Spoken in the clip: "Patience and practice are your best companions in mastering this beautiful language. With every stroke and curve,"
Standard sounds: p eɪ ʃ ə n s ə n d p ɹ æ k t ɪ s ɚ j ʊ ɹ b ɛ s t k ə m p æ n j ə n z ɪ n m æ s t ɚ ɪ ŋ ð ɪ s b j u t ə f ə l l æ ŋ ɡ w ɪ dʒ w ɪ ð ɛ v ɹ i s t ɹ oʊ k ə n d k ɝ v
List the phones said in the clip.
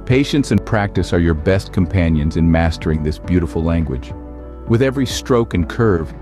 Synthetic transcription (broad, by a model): p eɪ ʃ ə n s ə n p ɹ æ k t ɪ s ɚ j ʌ ɹ b ɛ s t k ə m p æ n j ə n z ɪ n m æ s t ɚ ɪ ŋ ð ɪ s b j u t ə f l l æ ŋ ɡ w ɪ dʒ w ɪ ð ɛ v ɹ i s t ɹ oʊ k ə n k ɝ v